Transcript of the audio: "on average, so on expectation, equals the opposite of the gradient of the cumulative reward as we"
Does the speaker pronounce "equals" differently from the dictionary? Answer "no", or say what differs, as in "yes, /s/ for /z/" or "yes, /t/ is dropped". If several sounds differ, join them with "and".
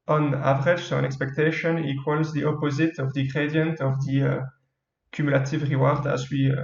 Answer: no